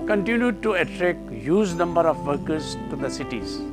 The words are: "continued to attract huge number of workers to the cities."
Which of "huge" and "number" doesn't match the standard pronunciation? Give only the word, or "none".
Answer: huge